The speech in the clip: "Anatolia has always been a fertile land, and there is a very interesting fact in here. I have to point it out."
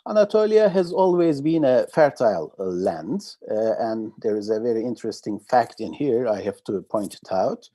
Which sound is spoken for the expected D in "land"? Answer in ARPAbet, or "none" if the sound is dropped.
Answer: D